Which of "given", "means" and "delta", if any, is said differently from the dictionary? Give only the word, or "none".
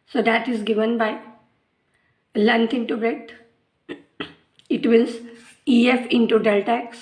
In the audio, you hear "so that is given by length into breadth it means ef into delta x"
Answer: means